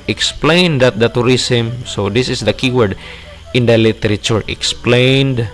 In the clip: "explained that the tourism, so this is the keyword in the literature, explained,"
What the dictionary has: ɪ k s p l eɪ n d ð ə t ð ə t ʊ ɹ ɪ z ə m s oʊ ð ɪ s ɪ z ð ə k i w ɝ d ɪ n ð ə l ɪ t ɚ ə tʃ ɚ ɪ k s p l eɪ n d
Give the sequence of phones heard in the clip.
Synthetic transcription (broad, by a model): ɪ k s p l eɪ n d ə t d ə t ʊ ɹ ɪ s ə m s oʊ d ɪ s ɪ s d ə k i w ɝ d ɪ n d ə l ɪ t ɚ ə tʃ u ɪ k s p l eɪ n d